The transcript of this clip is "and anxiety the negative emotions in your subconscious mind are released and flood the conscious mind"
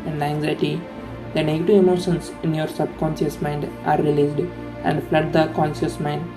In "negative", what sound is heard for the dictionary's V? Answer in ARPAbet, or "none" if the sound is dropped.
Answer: V